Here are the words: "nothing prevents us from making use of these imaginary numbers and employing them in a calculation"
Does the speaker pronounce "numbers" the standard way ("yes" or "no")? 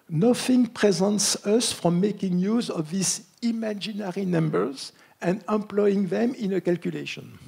yes